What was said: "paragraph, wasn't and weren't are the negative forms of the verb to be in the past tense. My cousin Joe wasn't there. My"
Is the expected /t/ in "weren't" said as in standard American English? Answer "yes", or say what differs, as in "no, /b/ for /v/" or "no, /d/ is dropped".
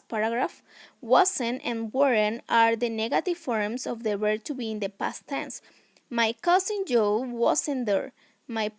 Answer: no, /t/ is dropped